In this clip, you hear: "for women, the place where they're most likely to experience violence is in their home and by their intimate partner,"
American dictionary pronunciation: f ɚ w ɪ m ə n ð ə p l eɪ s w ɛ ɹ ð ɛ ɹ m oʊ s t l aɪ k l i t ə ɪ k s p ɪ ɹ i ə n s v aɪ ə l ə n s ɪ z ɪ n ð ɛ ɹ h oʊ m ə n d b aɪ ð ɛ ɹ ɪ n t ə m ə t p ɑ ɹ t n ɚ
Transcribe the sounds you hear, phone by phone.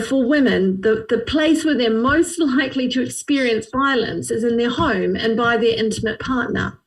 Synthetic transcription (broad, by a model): f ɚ w ɪ m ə n ð ə p l eɪ s w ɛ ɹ ð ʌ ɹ m oʊ s t l aɪ k l i t ə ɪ k s p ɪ ɹ i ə n s v aɪ ə l ə n s ɪ z ɪ n ð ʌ ɹ h oʊ m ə n b aɪ ð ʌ ɹ ɪ n t ə m ə t p ɑ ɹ t n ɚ